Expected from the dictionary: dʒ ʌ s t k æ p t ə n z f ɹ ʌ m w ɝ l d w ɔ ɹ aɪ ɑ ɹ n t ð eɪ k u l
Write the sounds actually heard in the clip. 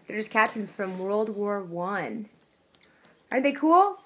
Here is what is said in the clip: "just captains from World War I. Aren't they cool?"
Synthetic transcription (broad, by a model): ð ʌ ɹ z k æ p t ə n z f ɹ ʌ m w ɝ l d w ɔ ɹ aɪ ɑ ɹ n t ð eɪ k u l